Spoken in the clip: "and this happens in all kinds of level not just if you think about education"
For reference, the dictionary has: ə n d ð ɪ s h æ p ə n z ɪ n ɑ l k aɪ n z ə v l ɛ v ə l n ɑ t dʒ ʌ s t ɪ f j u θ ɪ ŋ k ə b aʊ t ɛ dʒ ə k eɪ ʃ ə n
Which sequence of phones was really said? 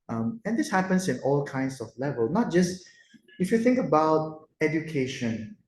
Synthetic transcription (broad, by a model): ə n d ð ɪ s h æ p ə n s ɪ n ɑ l k aɪ n s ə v l ɛ v ə l n ɑ t dʒ ʌ s t ɪ f j u θ ɪ ŋ k ə b aʊ t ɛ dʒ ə k eɪ ʃ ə n